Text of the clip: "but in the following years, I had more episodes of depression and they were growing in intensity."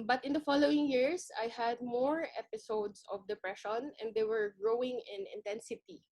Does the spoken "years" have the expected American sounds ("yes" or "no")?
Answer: no